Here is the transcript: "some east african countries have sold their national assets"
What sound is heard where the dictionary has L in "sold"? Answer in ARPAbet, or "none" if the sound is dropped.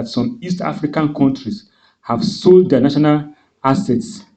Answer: L